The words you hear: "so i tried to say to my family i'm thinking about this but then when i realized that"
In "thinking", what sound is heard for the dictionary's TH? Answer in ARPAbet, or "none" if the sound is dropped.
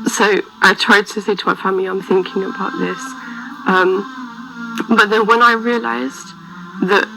TH